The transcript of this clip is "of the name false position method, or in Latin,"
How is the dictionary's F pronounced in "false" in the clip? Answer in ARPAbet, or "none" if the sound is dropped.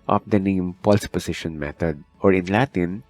P